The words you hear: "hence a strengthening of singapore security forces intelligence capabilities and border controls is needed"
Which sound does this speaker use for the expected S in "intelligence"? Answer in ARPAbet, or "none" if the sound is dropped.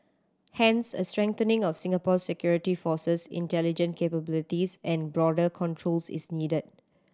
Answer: none